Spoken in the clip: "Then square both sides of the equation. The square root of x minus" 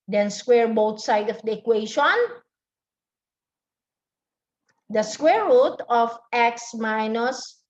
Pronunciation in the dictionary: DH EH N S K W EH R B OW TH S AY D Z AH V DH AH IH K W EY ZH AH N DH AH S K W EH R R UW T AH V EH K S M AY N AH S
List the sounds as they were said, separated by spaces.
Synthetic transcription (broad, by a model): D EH N S K W EH R B OW T S AY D AH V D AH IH K W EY SH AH N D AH S K W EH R R UW T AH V EH K S M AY N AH S